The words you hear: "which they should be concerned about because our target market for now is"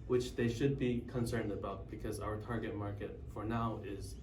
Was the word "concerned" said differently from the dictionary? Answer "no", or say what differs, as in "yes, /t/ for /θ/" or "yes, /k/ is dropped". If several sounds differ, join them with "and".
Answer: no